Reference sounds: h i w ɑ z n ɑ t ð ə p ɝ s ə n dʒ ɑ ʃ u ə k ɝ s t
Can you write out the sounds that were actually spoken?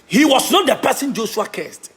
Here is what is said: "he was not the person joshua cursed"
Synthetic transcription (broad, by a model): h i w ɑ s n ɑ t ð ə p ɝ s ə n dʒ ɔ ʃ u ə k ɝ s t